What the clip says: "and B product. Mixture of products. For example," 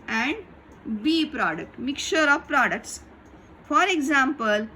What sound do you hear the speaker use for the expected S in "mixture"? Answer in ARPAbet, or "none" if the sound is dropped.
none